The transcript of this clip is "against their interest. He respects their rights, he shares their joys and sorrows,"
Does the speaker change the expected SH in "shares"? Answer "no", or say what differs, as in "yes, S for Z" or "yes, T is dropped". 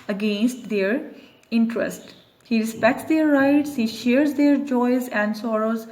no